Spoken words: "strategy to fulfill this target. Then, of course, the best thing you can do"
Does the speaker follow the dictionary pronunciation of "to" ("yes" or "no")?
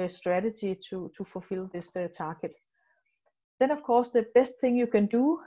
no